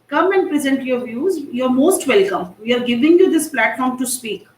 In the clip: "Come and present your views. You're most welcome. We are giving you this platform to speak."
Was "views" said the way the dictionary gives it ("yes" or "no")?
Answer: yes